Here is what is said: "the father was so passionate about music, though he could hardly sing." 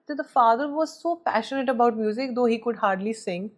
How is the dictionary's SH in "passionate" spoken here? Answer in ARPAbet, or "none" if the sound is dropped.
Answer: SH